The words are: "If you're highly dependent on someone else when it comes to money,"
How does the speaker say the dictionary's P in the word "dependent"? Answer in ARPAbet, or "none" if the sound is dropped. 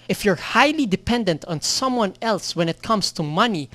P